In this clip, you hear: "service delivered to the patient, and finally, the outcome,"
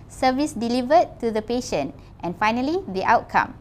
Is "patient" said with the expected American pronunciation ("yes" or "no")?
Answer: yes